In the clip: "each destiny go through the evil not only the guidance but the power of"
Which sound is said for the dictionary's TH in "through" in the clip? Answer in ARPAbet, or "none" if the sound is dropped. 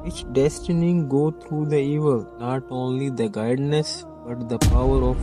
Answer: T